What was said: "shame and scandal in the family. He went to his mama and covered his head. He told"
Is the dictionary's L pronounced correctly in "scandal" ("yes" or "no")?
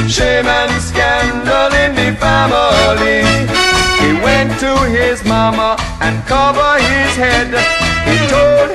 yes